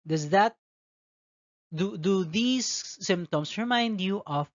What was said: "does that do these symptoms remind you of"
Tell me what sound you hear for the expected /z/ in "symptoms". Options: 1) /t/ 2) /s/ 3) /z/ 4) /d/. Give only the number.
2